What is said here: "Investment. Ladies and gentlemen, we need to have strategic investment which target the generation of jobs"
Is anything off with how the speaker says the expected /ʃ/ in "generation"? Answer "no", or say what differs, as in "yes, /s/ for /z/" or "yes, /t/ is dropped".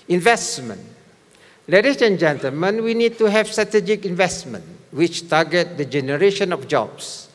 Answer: no